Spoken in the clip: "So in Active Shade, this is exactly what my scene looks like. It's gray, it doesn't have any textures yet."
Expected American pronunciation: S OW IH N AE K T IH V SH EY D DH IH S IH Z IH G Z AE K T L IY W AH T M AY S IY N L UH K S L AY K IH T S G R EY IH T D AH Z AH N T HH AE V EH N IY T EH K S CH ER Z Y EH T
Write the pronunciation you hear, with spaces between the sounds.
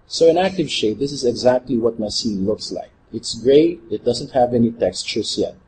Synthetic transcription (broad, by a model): S OW IH N AE K T IH V SH EY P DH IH S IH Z IH G Z AE K T L IY W AH T M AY S IY N L UH K S L AY K IH T S G R EY IH T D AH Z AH N T HH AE V EH N IY T EH K S CH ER S Y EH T